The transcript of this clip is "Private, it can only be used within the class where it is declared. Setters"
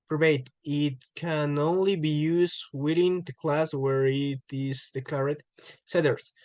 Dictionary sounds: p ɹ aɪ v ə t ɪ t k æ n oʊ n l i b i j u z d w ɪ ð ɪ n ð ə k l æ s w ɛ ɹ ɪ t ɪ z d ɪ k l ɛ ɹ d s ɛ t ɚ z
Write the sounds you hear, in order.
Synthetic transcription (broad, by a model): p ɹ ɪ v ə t ɪ t k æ n oʊ n l i b i j u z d w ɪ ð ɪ n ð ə k l æ s w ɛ ɹ ɪ t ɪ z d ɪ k ɛ ɹ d s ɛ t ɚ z